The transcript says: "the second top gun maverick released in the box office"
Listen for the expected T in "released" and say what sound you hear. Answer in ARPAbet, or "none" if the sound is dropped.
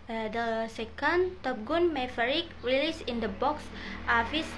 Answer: none